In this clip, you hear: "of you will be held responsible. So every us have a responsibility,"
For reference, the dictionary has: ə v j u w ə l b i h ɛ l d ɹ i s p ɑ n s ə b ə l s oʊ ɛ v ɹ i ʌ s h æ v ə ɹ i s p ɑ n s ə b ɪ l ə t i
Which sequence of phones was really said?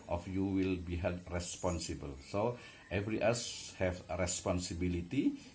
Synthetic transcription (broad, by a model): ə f j u w ə l b i h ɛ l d ɹ i s p ɑ n s ə b ə l s oʊ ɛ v ɹ i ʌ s h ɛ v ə ɹ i s p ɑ n s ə b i l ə t i